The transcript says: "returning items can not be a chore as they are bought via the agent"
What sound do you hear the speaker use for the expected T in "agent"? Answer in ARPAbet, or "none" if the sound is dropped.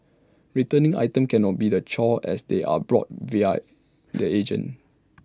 none